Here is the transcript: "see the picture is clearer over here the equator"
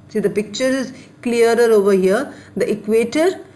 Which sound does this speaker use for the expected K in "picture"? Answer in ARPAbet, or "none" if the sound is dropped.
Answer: K